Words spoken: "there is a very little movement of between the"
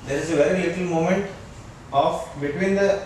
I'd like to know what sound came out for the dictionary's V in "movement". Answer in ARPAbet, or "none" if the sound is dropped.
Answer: none